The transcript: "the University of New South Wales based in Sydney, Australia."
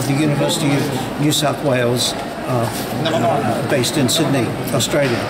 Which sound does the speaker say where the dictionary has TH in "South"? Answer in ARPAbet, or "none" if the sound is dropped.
TH